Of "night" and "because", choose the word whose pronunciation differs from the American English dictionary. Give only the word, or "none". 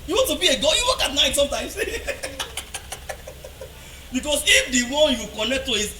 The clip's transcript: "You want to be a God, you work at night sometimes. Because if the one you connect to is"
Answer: because